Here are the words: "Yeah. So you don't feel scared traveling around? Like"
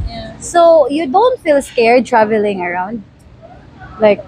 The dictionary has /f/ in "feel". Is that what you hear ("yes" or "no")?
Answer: yes